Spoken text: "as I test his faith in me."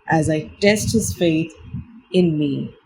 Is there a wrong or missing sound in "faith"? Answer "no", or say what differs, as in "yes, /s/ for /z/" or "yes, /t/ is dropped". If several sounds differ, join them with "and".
no